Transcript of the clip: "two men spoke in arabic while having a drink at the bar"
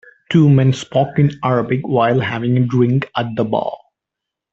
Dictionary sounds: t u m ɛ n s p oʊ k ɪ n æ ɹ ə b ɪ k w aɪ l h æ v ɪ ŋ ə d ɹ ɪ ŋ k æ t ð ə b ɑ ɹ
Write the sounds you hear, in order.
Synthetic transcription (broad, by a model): t u m ɛ n s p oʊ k ɪ n æ ɹ ə b ɪ k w aɪ l h æ v ɪ ŋ ə d ɹ ɪ ŋ k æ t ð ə b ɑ l